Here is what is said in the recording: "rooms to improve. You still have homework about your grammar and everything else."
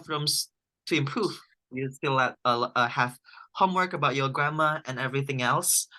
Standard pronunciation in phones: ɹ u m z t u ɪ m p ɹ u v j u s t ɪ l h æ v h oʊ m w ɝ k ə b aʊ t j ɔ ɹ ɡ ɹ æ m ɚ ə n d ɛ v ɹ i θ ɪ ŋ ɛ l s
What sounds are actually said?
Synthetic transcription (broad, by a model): ɹ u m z t u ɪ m p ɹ u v j u s t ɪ l h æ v h oʊ m w ɝ k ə b aʊ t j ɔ ɡ ɹ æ m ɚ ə n ɛ v ɹ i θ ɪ ŋ ɛ l s